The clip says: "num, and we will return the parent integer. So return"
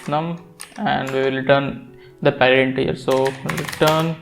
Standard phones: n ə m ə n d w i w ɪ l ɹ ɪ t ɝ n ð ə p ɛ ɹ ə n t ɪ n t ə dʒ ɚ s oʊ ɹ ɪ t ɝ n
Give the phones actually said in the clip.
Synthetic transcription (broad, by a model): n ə m ə n d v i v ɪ l ɹ ɪ t ɝ n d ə p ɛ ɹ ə t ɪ n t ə ɚ s oʊ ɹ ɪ t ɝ n